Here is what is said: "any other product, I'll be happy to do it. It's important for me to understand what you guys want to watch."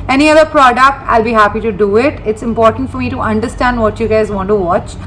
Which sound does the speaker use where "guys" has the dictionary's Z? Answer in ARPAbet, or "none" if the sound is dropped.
Z